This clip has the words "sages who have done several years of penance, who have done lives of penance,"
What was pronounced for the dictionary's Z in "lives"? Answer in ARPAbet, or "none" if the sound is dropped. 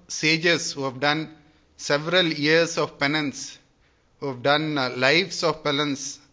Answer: S